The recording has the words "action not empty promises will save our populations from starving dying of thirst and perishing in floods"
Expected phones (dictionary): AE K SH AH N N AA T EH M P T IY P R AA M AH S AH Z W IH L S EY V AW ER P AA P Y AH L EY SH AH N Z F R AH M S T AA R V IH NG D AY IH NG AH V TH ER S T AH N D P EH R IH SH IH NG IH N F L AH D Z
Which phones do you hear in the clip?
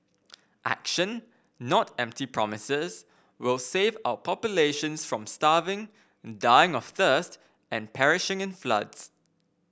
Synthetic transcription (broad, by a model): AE K SH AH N N AA T EH M P T IY P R AA M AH S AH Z W IH L S EY V AW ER P AA P Y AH L EY SH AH N S F R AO M S T AA V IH NG D AY IH NG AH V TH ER S T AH N P EH R IH SH IH NG IH N F L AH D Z